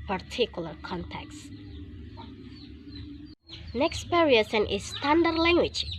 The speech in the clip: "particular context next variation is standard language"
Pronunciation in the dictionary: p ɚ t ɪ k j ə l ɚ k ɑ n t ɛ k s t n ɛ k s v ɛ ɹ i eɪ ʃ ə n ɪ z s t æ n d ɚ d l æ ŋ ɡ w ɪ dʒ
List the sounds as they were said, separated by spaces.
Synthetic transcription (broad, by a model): p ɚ t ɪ k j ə l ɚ k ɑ n t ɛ k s n ɛ k s p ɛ ɹ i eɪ s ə n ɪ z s t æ n d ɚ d l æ ŋ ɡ w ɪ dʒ